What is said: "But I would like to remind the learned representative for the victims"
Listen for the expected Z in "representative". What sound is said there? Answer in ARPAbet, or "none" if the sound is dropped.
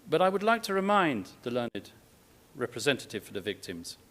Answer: Z